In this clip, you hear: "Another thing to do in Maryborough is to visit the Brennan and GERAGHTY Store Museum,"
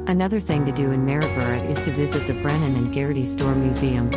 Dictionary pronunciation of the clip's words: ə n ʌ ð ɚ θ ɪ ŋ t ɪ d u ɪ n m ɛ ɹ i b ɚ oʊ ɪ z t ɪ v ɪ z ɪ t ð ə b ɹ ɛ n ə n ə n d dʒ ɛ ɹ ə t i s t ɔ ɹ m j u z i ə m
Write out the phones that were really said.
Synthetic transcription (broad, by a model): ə n ʌ ð ɚ θ ɪ ŋ t ɪ d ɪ ɪ n m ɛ ɹ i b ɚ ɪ ɪ z t ɪ v ɪ z ɪ t ð ə b ɹ ɛ n ə n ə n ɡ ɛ ɹ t i s t ɔ ɹ m j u z i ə m